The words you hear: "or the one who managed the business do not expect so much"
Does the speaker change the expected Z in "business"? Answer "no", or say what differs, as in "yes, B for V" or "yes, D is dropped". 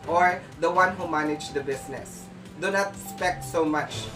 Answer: yes, S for Z